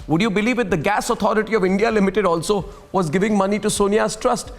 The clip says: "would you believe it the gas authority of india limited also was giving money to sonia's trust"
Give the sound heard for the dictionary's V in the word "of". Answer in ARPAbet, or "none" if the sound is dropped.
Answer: V